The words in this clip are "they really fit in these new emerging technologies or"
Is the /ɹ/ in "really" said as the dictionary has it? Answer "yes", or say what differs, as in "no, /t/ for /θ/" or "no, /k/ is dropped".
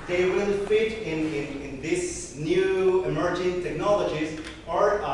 no, /w/ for /ɹ/